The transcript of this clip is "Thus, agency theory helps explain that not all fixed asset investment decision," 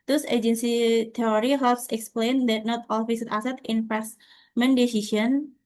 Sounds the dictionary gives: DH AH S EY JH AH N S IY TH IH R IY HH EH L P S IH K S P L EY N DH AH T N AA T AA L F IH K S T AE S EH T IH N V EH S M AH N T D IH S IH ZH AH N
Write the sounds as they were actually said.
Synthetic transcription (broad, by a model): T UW S EY JH AH N S IY T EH R IY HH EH L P S IH K S P L EY N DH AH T N AA T AA L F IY S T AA S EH T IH N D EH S M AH N D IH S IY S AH N